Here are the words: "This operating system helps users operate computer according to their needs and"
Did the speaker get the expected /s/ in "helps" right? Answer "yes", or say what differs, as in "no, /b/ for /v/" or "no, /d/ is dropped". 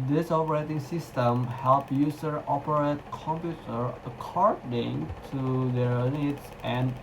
no, /s/ is dropped